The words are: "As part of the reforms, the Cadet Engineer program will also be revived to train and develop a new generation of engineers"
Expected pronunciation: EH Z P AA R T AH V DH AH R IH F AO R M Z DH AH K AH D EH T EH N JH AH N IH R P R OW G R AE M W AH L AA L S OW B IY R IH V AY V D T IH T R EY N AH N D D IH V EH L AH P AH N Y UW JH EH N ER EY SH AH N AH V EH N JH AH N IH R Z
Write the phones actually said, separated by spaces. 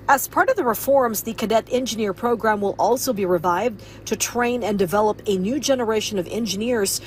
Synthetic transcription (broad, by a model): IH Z P AA R T AH V DH AH R IH F AO R M Z DH AH K AH D EH T EH N JH AH N IH R P R OW G R AE M W AH L AA L S OW B IY R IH V AY V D T IH T R EY N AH N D D IH V EH L AH P AH N Y UW JH EH N ER EY SH AH N AH V EH N JH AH N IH R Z